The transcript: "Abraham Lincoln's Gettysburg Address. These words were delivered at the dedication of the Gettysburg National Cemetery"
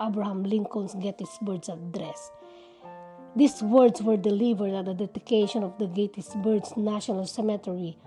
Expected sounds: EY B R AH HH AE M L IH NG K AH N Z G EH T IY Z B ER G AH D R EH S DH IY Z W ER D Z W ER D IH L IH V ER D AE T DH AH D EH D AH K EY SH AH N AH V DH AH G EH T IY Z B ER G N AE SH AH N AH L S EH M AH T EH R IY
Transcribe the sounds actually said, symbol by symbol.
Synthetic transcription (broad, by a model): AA B R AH HH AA M L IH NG K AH N S G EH T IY S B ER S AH D R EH S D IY S W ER D S W ER D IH L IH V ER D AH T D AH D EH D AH K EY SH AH N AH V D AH G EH T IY S B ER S N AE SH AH N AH L S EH M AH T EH R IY